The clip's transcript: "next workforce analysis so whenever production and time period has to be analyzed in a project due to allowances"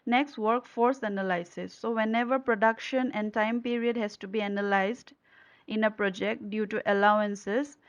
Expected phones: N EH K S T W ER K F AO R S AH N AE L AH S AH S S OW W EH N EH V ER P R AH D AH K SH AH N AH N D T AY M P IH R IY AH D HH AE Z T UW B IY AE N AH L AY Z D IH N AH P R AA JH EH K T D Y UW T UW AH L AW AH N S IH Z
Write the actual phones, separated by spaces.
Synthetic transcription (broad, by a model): N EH K S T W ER K F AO R S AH N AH L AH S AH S S OW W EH N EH V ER P R AH D AH K SH AH N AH N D T AY M P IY R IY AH D HH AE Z T UW B IY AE N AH L AY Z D IH N AH P R AA JH EH K T D Y UW T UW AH L AW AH N S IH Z